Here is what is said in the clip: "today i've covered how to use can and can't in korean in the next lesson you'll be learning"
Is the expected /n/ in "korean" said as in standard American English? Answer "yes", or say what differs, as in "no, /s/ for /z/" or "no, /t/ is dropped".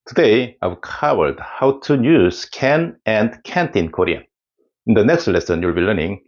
no, /n/ is dropped